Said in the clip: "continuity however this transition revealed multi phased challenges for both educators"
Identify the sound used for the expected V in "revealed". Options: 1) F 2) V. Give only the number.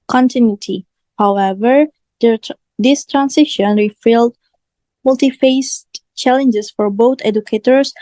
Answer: 1